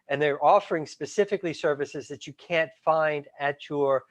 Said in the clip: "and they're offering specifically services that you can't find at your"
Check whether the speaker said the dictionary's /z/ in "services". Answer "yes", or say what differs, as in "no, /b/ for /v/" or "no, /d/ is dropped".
yes